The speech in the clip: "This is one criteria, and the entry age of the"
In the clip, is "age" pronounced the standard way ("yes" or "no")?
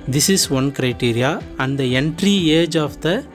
yes